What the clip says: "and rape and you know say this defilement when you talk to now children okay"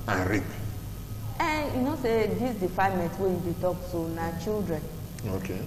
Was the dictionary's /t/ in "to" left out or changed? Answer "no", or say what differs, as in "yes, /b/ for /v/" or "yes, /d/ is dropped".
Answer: yes, /s/ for /t/